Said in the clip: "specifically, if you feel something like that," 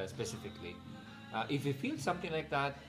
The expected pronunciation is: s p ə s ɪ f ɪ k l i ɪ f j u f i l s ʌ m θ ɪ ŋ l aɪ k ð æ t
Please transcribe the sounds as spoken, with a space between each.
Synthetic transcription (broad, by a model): s p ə s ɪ f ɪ k l i ɪ f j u f i l s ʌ m t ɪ ŋ l aɪ k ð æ t